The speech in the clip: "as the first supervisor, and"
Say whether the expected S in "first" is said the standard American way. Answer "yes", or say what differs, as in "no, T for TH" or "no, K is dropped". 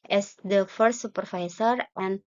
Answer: no, S is dropped